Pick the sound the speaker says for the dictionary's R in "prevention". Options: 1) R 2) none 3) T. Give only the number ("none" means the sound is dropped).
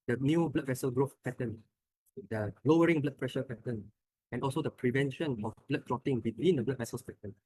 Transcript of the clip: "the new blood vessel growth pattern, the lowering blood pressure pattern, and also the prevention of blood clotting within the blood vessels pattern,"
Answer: 1